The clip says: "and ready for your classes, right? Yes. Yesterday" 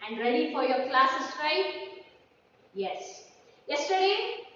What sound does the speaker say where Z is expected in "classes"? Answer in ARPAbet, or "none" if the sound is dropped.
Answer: S